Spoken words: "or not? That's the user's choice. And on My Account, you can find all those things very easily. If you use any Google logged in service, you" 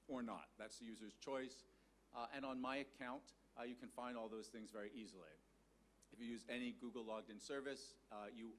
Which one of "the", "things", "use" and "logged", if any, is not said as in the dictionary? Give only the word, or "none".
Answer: none